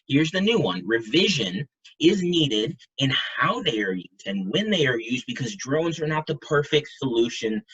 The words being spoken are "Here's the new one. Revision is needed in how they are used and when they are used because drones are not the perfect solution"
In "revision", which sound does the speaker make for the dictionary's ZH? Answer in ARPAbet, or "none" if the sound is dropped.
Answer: ZH